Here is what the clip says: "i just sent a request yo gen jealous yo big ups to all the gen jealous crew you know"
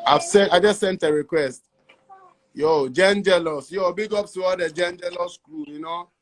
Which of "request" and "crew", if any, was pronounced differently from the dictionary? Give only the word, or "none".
crew